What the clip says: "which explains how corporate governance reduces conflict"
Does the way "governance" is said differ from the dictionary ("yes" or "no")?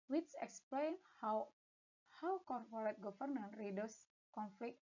yes